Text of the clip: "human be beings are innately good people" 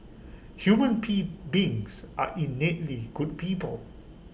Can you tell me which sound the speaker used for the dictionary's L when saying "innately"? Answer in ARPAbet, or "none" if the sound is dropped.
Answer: L